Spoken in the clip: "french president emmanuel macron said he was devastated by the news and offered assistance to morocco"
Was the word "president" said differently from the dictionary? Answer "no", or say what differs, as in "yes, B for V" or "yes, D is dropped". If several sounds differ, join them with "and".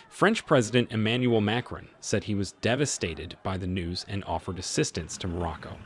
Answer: no